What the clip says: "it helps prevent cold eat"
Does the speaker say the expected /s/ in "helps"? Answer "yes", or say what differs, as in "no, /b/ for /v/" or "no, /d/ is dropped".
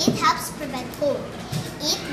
yes